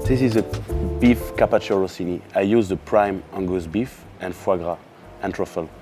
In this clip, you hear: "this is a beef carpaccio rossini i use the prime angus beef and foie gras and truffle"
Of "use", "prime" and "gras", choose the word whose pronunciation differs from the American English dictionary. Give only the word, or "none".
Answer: none